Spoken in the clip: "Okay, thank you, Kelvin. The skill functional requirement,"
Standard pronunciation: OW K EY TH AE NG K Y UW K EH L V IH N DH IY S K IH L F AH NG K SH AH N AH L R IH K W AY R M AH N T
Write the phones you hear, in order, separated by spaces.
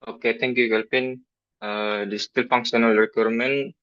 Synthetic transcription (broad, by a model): OW K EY T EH NG K Y UW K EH L P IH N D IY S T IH L F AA NG K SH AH N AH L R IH K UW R M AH N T